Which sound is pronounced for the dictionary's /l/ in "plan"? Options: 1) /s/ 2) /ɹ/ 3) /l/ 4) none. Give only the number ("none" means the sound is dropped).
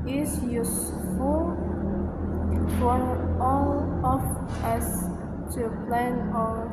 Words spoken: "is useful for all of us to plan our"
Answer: 3